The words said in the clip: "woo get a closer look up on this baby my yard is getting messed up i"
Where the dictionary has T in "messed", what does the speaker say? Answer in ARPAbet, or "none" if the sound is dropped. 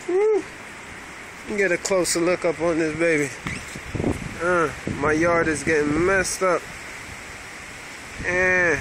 T